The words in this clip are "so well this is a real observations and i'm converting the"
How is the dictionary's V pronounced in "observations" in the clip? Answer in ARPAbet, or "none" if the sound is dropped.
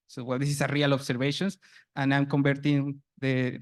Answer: B